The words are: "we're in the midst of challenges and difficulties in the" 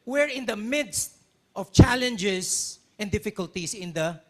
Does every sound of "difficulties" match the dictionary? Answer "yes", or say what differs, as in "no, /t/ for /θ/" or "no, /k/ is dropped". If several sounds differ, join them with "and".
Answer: no, /s/ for /z/